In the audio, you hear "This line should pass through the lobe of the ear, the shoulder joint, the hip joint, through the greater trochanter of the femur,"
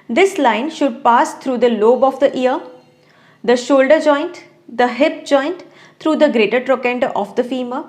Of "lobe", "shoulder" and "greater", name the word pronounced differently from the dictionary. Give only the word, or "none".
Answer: none